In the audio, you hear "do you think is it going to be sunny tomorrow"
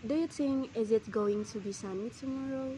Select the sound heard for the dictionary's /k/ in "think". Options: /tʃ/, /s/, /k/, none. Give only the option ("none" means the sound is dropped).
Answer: none